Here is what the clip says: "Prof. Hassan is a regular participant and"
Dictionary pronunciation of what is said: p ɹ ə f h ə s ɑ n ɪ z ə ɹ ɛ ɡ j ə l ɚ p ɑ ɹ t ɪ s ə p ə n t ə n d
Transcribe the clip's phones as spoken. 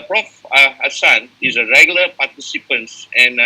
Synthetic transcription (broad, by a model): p ɹ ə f h ə s ɑ n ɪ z ə ɹ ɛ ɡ j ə l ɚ p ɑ t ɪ s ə p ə n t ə n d